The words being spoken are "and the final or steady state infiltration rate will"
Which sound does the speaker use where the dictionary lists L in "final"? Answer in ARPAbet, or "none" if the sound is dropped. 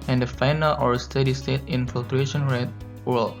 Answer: L